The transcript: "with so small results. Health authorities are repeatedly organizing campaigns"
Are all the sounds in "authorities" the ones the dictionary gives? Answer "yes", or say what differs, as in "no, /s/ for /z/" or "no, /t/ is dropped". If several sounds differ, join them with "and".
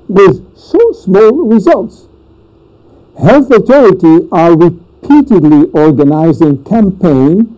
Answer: no, /t/ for /θ/ and /z/ is dropped